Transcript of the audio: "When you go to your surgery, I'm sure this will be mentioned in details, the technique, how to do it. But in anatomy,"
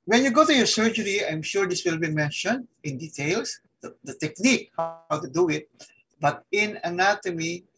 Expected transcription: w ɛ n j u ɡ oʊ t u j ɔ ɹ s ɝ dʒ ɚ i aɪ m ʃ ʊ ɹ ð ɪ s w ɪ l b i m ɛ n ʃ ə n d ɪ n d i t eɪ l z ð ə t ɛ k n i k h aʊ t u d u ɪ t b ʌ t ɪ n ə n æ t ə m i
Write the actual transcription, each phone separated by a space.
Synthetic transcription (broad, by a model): w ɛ n j u ɡ oʊ t u j ɔ ɹ s ɝ dʒ ɚ i aɪ m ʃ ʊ ɹ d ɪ s w ɪ l b i m ɛ n ʃ ə n d ɪ n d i t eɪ l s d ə t ɛ k n i k h aʊ t u d u ɪ t b ʌ t ɪ n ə n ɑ t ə m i